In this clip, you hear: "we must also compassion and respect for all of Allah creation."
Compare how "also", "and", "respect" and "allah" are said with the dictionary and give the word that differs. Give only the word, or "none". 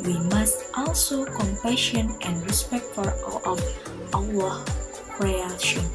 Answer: allah